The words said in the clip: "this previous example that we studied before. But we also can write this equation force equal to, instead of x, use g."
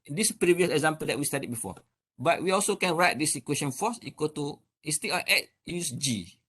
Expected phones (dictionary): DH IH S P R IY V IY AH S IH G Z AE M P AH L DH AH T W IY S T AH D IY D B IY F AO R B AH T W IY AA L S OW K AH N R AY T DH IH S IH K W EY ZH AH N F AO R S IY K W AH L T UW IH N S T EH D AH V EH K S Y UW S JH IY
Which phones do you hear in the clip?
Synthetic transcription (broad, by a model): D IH S P R IY V IY AH S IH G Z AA M P AH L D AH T W IY S T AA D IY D B IY F AO B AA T W IY AA L S OW K AH N R AY T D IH S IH K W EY SH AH N F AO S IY K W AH T UW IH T S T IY AH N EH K Y UW S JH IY